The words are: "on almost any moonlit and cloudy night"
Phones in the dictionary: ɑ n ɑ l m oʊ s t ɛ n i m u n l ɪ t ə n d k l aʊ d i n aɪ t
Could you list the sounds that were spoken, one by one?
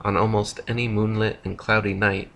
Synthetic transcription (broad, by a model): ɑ n ɑ l m oʊ s t ɛ n i m u n l ɪ t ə n k l aʊ d i n aɪ t